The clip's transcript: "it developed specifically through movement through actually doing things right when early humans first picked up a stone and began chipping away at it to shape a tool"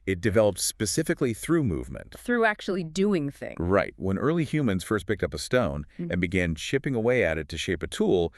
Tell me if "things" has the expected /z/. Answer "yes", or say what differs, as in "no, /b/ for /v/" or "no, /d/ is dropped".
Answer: no, /z/ is dropped